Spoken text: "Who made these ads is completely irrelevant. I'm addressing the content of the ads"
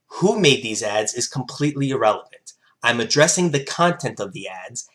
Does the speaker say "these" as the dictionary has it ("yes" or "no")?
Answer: yes